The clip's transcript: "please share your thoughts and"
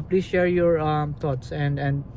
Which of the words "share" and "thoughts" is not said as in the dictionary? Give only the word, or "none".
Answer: thoughts